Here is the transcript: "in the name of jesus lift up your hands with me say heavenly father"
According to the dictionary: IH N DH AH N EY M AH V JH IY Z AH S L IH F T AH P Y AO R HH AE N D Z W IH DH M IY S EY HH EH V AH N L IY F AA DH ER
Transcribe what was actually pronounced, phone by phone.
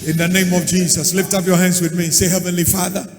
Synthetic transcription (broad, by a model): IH N DH AH N EY M AH V JH IY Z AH S L IH F T AH P Y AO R HH AE N D Z W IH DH M IY S EY HH EH V AH N L IY F AA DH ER